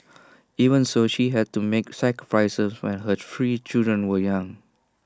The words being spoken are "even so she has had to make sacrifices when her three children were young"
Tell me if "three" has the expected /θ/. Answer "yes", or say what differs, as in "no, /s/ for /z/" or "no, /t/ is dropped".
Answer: no, /f/ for /θ/